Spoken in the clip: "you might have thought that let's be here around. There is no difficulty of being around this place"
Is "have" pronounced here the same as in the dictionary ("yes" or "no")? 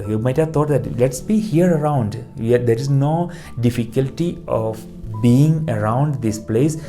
yes